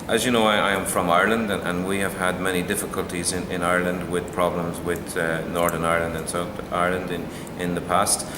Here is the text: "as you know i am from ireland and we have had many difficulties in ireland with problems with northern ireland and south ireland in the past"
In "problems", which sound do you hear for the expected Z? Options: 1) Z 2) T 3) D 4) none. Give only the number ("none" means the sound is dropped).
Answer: 1